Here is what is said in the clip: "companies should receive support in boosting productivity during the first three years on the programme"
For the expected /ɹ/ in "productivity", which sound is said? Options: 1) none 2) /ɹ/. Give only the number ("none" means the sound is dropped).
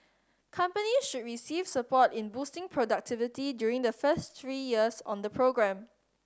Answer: 2